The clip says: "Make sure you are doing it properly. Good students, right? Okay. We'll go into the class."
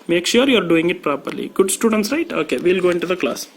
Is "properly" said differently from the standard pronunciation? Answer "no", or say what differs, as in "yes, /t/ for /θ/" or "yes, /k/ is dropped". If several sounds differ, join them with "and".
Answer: no